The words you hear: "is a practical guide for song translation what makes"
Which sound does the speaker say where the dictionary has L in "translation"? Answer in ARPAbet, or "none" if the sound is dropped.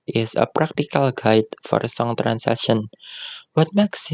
none